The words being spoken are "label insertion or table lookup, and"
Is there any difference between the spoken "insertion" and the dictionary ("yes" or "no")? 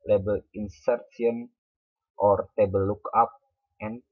yes